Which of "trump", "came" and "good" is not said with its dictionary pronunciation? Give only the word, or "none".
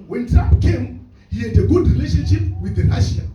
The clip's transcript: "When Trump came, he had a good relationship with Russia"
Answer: trump